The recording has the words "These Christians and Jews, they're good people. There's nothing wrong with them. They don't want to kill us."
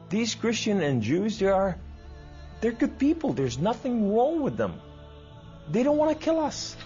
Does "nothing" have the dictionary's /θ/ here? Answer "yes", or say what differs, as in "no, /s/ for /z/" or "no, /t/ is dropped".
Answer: yes